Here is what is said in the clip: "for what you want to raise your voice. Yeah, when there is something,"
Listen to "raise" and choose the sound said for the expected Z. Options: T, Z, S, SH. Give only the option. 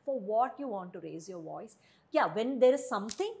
Z